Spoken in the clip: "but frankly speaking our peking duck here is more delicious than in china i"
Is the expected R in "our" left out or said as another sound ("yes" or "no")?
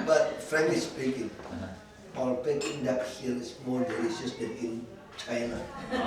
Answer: yes